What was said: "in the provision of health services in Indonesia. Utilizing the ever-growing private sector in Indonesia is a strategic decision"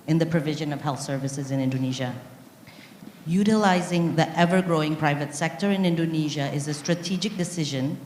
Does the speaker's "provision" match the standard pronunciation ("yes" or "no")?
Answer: yes